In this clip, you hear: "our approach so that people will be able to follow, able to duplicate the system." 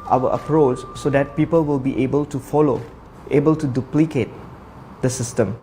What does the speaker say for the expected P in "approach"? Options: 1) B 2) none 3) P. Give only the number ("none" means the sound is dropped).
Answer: 3